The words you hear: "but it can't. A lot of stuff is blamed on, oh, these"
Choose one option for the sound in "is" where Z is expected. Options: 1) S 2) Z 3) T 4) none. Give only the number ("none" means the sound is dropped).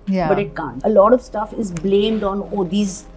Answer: 2